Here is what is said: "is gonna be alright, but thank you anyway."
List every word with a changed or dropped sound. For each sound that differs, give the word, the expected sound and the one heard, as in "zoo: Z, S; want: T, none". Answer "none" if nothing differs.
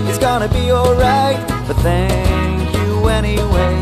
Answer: none